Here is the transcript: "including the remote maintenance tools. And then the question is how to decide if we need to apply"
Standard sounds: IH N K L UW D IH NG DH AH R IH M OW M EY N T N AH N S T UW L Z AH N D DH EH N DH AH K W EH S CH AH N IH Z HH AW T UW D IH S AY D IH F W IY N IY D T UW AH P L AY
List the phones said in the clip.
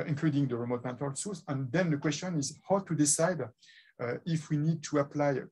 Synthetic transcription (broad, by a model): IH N K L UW D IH NG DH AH R IH M OW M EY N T AH L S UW Z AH N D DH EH N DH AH K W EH S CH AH N IH Z HH AW T UW D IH S AY D IH F W IY N IY D T UW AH P L AY